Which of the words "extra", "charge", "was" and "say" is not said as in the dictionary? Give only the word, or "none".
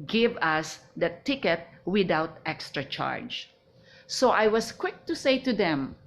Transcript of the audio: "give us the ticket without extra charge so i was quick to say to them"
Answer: was